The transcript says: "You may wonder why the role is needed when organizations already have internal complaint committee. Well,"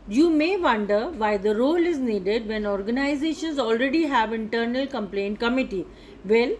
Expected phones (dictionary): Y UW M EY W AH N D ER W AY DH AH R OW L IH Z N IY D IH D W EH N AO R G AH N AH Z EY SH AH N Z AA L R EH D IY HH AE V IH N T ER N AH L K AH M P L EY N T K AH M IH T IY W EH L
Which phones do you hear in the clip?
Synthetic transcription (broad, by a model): Y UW M EY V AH N D ER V AY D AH R OW L IH Z N IY D IH D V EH N AO R G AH N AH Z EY SH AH N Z AA L R EH D IY HH AE V IH N T ER N AH L K AH M P L EY N T K AH M IH T IY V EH L